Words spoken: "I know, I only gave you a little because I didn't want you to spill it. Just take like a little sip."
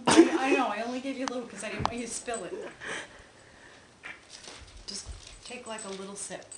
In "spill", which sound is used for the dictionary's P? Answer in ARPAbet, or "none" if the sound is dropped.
P